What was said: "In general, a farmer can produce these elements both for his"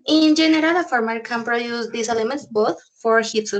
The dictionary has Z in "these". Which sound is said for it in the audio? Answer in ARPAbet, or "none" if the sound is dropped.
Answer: S